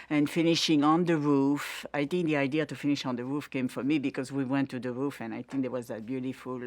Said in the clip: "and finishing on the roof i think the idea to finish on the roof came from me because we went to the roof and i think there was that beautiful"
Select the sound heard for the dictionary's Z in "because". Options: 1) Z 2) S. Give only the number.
1